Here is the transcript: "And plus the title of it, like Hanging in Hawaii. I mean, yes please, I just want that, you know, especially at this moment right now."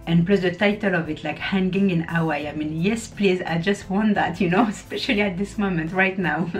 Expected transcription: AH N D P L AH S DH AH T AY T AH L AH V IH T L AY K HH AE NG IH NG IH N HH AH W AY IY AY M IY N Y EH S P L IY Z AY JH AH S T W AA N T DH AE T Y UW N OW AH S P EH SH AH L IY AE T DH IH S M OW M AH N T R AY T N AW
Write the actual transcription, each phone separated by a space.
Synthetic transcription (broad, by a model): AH N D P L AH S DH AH T AY T AH L AH V IH T L AY K HH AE NG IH NG IH N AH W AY AY M IY N Y EH S P L IY Z AY JH AH S T W AA N T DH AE T Y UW N OW AH S P EH SH AH L IY AE T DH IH S M OW M AH N T R AY T N AW